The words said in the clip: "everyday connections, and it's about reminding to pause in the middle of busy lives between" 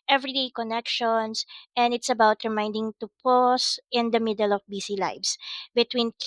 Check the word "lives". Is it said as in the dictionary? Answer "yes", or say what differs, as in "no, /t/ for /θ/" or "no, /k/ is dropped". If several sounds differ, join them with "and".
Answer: no, /s/ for /z/